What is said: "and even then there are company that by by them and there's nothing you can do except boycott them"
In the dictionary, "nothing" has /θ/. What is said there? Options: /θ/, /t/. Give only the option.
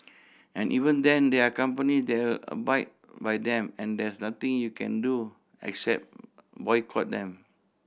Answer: /t/